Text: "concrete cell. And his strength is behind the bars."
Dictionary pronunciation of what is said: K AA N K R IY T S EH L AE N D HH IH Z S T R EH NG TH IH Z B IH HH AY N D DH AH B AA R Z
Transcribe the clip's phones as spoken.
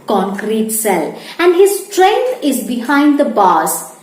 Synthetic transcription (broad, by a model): K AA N K R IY T S EH L AE N D HH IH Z S T R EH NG T IH Z B IH HH AY N D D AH B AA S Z